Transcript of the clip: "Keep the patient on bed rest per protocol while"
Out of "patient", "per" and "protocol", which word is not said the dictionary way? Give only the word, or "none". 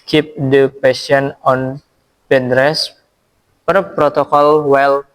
patient